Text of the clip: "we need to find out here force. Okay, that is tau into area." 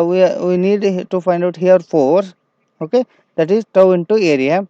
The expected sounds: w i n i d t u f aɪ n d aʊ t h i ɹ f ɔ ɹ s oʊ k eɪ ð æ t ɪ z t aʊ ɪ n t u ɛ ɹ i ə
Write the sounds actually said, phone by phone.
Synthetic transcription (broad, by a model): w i n i d t u f aɪ n d aʊ t h i ɹ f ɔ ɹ oʊ k eɪ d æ t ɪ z t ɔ ɪ n t u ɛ ɹ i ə